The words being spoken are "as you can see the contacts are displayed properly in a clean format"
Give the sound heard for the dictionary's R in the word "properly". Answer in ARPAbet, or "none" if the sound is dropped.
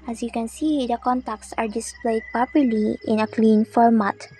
none